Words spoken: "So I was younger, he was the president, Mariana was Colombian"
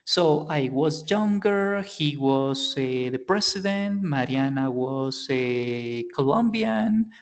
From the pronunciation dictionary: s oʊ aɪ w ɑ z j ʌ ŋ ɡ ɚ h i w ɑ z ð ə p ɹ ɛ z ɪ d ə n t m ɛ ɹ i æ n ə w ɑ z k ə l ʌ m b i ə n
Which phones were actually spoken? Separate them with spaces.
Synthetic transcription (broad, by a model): s oʊ aɪ w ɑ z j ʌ ŋ ɡ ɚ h i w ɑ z ð ə p ɹ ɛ s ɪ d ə n t m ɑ ɹ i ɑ n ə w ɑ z k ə l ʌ m b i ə n